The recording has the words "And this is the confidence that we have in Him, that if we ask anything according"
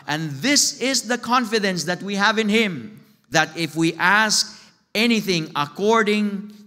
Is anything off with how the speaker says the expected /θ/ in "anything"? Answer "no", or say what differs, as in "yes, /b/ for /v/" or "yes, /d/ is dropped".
no